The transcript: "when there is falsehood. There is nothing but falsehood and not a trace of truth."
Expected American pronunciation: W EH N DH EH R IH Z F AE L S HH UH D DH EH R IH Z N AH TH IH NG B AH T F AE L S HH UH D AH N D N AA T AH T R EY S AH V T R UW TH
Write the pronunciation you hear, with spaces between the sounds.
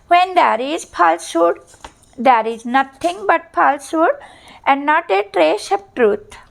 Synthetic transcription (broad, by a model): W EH N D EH R IH Z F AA L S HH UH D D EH R IH Z N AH T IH NG B AH T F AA L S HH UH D AH N D N AA T AH T R EY SH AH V T R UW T